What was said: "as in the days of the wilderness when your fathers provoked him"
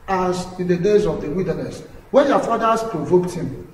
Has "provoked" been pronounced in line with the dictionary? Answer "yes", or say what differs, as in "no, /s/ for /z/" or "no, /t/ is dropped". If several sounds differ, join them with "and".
yes